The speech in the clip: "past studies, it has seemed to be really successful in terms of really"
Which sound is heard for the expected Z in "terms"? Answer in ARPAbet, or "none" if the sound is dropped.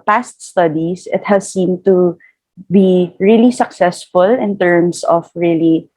S